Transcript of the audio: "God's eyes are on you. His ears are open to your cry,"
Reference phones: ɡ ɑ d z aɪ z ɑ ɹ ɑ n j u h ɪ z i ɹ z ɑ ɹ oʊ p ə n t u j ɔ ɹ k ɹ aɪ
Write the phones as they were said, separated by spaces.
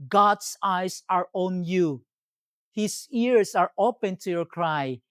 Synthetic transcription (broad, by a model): ɡ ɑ d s aɪ s ɑ ɹ ɑ n j u h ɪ s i ɹ s ɑ ɹ oʊ p ə n t u j ɔ ɹ k ɹ aɪ